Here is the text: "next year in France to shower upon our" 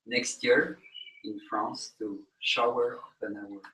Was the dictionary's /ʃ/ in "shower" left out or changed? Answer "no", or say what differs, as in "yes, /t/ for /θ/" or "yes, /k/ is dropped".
no